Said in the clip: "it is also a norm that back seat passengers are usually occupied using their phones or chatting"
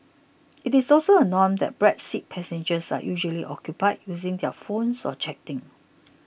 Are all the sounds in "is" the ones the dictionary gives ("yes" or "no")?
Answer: no